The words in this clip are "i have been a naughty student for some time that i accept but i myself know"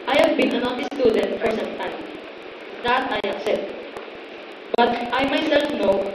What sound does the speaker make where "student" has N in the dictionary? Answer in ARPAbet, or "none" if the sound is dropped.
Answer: N